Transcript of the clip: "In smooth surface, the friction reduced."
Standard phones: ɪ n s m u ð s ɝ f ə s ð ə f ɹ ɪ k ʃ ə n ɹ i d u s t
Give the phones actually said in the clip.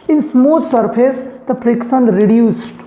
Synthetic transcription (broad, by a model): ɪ n s m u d s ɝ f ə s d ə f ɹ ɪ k s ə n ɹ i d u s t